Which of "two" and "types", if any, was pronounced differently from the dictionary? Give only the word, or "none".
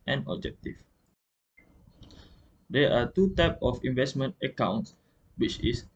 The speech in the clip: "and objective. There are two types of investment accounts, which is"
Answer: types